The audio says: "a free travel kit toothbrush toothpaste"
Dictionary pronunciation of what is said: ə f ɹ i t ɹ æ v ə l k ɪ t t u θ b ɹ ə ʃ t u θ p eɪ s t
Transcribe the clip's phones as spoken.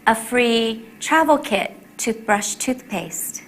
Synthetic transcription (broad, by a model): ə f ɹ i t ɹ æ v l k ɪ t t u θ b ɹ ə ʃ t u θ p eɪ s t